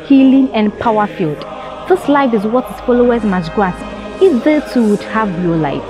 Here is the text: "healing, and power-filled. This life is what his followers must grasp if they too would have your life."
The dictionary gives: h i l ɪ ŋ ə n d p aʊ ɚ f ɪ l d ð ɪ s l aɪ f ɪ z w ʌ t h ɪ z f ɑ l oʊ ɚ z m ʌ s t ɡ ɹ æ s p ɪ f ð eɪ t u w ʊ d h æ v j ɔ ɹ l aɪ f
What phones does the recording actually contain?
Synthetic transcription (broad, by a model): h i l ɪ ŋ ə n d p aʊ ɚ f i l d ð ɪ s l aɪ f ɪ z w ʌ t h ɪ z f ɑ l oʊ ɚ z m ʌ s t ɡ ɑ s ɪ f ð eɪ t u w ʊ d h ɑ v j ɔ l aɪ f